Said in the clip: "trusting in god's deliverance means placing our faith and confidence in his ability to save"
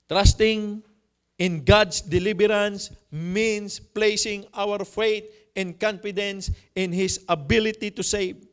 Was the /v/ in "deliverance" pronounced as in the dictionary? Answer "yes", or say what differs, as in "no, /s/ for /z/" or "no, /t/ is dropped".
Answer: no, /b/ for /v/